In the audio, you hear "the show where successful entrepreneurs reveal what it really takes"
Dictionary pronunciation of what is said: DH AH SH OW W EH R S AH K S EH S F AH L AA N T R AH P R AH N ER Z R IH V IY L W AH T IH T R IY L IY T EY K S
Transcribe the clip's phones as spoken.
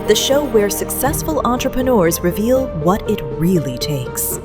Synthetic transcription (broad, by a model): DH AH SH OW W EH R S AH K S EH S F AH L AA N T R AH P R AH N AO Z R IH V IY L W AH T IH T R IY L IY T EY K S